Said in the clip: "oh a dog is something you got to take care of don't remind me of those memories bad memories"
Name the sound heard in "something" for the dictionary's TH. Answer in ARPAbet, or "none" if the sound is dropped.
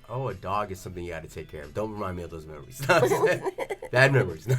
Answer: TH